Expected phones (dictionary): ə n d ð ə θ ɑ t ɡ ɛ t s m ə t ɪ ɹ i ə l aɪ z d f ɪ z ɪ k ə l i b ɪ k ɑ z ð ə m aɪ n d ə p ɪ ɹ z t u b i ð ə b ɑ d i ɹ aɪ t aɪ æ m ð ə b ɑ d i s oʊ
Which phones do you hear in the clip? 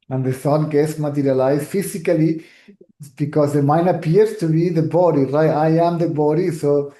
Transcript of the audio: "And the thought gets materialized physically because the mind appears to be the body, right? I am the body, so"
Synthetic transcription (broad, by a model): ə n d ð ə s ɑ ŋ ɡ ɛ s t m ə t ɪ ɹ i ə l aɪ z f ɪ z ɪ k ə l i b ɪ k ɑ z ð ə m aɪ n ə p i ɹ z t u b i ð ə b ɑ d i ɹ aɪ t aɪ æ m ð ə b ɑ d i s oʊ